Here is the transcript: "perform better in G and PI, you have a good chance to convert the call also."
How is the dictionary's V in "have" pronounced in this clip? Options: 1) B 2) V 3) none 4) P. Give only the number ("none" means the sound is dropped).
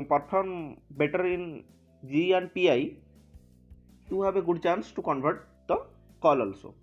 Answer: 1